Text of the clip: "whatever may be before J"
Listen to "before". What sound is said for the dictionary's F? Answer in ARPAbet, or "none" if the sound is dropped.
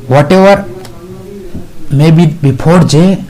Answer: P